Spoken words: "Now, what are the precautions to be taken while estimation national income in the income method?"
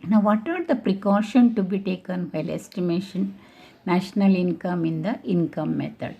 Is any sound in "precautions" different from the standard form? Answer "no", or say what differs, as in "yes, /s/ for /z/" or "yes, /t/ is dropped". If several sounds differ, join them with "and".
yes, /z/ is dropped